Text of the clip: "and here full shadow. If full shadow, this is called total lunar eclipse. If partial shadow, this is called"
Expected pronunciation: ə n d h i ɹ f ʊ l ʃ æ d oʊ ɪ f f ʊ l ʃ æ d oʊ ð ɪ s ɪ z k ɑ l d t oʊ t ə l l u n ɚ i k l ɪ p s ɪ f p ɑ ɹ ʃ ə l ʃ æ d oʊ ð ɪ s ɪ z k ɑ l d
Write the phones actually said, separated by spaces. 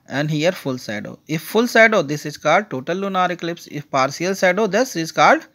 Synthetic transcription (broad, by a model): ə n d h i ɹ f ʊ l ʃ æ d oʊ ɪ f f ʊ l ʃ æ d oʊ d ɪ s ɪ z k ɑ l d t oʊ t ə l l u n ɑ i k l ɪ p s ɪ f p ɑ ɹ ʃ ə l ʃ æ d oʊ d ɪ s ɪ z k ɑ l d